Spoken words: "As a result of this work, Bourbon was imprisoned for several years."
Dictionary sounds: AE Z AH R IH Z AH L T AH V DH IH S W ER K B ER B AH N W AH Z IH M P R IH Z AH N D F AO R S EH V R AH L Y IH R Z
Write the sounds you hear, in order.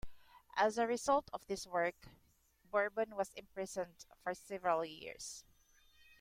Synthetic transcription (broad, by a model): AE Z AH R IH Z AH L T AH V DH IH S W ER K B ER B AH N W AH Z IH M P R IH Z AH N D F AO R S EH V R AH L Y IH R S